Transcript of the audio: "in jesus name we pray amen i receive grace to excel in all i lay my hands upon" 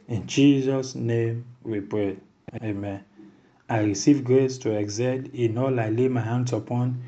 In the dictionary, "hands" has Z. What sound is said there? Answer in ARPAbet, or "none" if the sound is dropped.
S